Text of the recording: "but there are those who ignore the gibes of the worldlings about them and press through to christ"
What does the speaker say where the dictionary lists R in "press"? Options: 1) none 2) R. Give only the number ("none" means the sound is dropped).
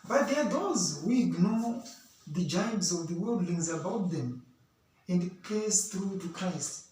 1